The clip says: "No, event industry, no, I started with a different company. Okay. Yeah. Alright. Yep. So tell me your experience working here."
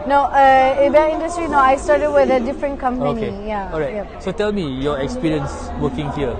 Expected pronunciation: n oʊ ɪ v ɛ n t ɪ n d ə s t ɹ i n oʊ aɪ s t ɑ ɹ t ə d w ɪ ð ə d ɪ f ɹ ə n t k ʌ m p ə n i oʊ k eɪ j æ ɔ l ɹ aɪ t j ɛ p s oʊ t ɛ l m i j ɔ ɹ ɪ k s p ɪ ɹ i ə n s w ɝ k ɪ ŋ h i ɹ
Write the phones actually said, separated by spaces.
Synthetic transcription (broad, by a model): n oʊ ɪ b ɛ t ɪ n d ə s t ɹ i n oʊ aɪ s t ɑ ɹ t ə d w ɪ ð ə d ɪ f ɹ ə n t k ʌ m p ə i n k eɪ j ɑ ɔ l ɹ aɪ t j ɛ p s oʊ t ɛ l m i j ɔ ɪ k s p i ɹ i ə n s w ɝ k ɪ ŋ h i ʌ